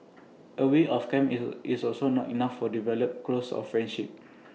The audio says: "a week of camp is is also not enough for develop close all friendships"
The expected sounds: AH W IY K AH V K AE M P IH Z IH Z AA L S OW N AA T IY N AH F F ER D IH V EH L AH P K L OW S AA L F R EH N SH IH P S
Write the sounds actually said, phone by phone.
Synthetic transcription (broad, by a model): AH W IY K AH F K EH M IH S AA L S OW N AA T IY N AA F F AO D IH V EH L AH P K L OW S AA F R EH N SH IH P